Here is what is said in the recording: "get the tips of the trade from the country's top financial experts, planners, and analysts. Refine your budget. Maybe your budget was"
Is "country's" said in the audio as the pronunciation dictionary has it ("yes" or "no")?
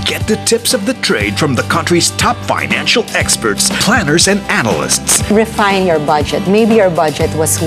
yes